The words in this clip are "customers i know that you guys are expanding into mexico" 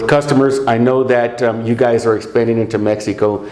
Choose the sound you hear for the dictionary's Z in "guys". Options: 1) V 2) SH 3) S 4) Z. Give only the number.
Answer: 4